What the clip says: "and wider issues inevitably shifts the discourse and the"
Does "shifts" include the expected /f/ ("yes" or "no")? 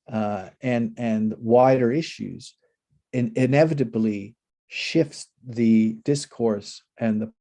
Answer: yes